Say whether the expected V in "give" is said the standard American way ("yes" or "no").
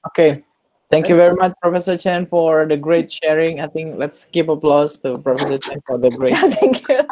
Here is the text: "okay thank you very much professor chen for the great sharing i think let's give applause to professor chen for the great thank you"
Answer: no